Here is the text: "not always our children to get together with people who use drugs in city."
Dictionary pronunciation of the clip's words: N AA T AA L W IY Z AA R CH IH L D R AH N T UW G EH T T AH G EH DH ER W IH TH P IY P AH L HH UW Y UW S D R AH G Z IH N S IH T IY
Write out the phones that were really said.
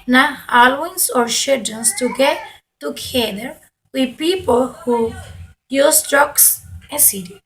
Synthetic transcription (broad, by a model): N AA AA L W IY S AA R SH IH D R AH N T UW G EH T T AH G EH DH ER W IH P IY P AH L HH UW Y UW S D R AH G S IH S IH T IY